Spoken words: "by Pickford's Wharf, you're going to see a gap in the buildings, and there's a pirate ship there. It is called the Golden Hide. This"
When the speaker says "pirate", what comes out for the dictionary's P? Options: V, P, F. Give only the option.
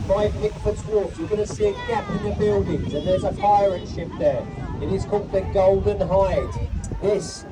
F